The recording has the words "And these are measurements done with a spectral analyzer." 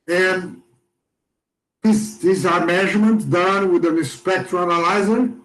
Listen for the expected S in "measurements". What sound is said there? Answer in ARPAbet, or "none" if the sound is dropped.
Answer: none